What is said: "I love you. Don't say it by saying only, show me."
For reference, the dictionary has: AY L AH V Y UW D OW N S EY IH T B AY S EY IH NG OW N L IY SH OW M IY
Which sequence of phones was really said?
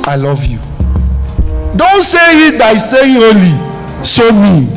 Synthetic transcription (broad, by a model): AY L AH V Y UW D OW N S EY IH T B AY S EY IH OW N L IY S OW M IY